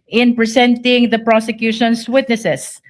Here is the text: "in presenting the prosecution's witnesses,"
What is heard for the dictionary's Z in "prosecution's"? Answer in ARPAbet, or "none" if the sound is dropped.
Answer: S